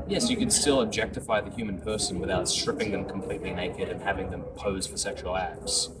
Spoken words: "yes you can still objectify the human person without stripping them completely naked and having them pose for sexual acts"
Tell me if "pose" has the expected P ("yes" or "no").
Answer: yes